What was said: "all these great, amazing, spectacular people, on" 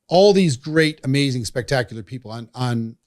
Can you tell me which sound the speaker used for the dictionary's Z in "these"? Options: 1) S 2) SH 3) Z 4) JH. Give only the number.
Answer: 3